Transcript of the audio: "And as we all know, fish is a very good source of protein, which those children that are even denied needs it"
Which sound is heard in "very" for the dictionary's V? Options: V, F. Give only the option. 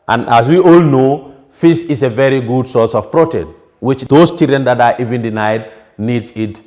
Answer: V